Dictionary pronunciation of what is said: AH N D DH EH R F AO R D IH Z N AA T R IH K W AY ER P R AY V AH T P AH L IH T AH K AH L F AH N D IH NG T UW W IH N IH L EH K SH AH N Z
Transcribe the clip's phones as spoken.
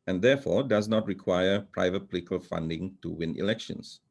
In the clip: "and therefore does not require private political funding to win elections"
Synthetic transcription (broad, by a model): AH N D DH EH F AO D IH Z N AA T R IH K W AY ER P R AY V AH T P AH L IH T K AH L F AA N D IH NG T UW W IH N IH L EH K SH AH N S